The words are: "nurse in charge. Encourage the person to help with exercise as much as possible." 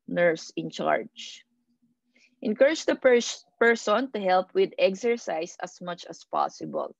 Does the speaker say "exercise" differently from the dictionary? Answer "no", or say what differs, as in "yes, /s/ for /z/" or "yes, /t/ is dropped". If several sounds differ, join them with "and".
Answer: yes, /s/ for /z/